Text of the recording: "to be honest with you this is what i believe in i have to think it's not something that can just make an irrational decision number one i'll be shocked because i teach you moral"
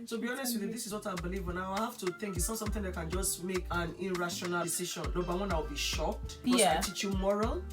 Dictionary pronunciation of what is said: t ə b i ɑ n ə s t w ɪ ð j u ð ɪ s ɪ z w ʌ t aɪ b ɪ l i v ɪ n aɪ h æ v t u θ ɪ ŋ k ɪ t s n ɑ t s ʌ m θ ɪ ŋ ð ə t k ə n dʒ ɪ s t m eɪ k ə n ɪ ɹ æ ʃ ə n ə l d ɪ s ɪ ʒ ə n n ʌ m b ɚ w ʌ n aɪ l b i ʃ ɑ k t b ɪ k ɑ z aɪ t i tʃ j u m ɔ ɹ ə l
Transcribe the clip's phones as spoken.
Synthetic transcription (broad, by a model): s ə b i ɑ n ə s t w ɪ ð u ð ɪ s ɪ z w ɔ t aɪ b ɪ l i v ɪ n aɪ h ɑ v t u θ ɪ ŋ k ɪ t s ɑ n s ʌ m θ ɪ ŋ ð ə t k ə n dʒ ɪ s t m eɪ k ə n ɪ ɹ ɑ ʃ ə n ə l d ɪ s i ʃ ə n l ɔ b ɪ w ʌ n aɪ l b i ʃ ɑ k t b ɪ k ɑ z aɪ t i tʃ j u m ɔ ɹ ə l